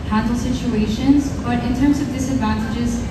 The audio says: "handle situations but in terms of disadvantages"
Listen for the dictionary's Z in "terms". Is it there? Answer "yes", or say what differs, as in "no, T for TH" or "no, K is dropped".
yes